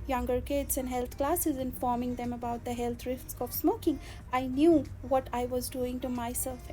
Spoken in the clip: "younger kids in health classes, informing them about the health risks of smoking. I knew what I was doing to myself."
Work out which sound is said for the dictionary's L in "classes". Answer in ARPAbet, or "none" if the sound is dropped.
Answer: L